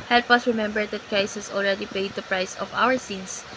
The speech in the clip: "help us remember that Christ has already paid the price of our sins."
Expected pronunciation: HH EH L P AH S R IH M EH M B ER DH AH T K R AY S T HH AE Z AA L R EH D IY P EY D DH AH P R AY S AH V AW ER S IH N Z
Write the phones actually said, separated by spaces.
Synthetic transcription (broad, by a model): HH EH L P AH S R IH M EH M B ER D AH T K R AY S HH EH S AA L R EH D IY P EY D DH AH P R AY S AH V AW ER S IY N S